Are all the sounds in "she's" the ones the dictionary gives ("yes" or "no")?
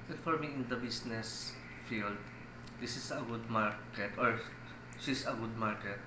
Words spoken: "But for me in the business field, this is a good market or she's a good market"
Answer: no